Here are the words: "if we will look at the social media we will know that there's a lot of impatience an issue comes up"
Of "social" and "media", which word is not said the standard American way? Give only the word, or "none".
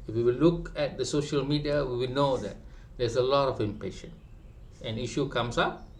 none